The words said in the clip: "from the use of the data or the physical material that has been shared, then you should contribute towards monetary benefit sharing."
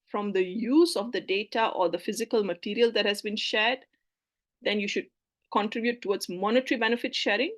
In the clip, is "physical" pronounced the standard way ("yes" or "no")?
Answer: yes